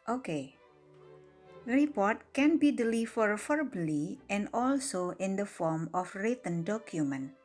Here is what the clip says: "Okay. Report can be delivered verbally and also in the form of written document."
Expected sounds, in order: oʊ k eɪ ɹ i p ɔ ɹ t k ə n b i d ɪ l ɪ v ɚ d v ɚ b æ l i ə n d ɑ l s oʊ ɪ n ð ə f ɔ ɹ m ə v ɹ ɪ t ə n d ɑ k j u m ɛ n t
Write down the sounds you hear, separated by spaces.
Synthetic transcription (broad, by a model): oʊ k eɪ ɹ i p ɔ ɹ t k ə n b i d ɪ l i f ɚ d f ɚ b l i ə n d ɑ l s oʊ ɪ n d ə f ɔ ɹ m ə f ɹ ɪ t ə n d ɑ k j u m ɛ n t